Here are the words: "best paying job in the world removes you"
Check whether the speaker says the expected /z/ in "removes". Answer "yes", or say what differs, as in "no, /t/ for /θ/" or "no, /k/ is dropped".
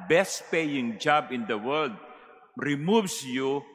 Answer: no, /s/ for /z/